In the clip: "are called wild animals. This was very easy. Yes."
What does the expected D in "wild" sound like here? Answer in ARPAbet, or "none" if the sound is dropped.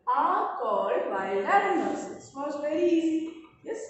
none